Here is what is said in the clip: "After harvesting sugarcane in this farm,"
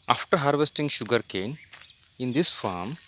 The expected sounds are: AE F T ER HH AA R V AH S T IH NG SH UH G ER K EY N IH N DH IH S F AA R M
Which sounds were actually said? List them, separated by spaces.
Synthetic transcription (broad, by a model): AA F T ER HH AA R V AH S T IH NG SH UH G ER K EY N IH N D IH S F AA R M